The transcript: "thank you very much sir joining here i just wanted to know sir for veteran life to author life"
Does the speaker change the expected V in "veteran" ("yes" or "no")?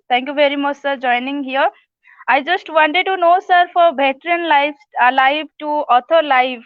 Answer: yes